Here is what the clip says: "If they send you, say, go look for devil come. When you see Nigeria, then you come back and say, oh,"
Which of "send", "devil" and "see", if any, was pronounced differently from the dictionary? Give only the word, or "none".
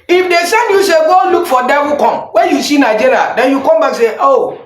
devil